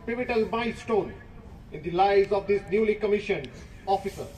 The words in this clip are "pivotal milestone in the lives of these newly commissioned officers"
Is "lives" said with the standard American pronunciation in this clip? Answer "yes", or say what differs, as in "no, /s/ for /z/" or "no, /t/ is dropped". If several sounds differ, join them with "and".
no, /v/ is dropped